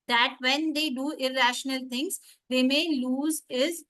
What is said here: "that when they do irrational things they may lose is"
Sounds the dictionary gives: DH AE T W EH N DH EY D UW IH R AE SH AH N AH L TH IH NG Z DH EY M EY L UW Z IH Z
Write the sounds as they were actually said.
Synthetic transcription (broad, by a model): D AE T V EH N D EY D UW IH R AE SH AH N AH L T IH NG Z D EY M EY L UW Z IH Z